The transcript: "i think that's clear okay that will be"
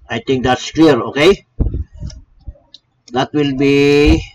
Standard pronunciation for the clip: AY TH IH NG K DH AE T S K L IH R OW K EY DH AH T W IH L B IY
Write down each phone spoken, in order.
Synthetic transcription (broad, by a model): AY T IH NG K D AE T S K L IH R OW K EY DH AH T W IH L B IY